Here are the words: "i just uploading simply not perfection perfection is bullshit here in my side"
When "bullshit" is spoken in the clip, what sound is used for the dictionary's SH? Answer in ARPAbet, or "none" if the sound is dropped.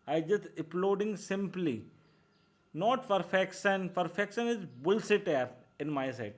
S